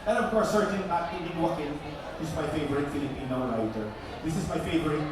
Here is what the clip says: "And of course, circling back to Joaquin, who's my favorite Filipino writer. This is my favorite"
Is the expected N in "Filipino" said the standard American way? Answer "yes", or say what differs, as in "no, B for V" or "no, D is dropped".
yes